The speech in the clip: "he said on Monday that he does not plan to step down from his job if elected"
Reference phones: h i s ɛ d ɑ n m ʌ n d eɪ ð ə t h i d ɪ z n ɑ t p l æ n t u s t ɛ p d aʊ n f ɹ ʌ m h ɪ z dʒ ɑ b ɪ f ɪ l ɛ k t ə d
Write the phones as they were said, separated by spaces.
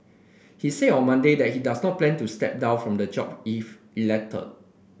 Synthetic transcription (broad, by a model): h i s ɛ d ɑ n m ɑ n d eɪ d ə t h i d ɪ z n ɑ t p l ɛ n t u s t ɛ p d aʊ n f ɹ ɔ m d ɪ dʒ ɑ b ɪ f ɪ l ɛ k t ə